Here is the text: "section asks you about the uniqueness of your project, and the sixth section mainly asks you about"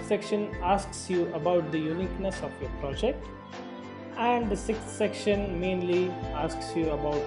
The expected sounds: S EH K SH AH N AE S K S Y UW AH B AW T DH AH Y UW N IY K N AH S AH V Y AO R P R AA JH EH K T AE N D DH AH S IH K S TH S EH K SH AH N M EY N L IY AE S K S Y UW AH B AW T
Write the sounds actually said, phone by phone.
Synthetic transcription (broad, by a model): S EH K SH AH N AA S K S Y UW AH B AW T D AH Y UW N IY K N AH S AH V Y AO R P R AA JH EH K T AE N D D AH S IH K S T S EH K SH AH N M EY N L IY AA S K S Y UW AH B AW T